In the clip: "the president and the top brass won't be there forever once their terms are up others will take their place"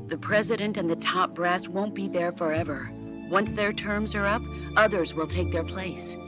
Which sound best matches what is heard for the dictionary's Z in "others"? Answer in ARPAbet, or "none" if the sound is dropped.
Z